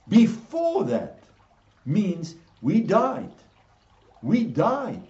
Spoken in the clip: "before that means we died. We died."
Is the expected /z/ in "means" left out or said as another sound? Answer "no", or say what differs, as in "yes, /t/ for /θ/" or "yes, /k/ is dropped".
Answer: no